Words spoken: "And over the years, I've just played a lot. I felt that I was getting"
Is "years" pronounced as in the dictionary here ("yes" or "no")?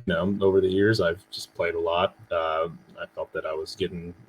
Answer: yes